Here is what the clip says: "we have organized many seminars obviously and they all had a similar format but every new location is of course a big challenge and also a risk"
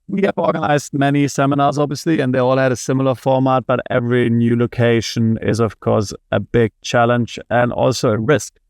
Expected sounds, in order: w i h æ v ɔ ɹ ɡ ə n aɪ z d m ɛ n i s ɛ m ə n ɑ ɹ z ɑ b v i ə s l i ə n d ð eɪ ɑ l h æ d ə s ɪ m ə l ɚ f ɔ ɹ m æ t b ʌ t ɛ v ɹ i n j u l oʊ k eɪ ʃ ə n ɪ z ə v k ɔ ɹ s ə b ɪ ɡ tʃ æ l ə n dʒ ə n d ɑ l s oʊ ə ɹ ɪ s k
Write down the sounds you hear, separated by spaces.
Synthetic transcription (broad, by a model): w i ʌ v ɔ ɹ ɡ ə n aɪ z d m ɛ n i s ɛ m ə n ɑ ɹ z ɑ b v i ə s l i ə n ð eɪ ɑ l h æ d ə s ɪ m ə l ɚ f ɔ ɹ m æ t b ʌ t ɛ v ɹ i n j u l oʊ k eɪ ʃ ə n ɪ z ə v k ɔ ɹ s ə b ɪ ɡ tʃ æ l ə n dʒ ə n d ɑ l s oʊ ə ɹ ɪ s k